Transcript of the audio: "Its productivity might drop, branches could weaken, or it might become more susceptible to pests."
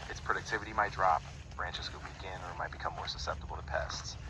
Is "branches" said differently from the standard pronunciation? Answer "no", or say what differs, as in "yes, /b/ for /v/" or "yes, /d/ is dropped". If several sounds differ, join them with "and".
no